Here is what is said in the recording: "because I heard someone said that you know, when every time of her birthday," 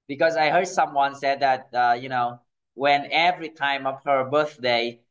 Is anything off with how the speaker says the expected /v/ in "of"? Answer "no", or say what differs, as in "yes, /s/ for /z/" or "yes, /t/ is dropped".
yes, /p/ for /v/